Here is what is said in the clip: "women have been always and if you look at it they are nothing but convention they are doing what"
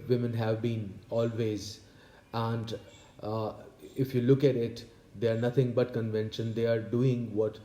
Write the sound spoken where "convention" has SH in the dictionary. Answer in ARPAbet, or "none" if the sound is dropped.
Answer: SH